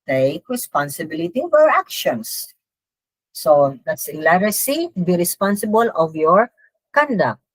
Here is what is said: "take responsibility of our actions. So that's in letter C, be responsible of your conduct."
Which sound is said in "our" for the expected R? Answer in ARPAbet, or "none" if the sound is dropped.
R